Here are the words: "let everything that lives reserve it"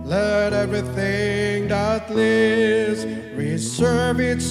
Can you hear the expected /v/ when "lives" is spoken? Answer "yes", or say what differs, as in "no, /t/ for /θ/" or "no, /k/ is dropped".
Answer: no, /v/ is dropped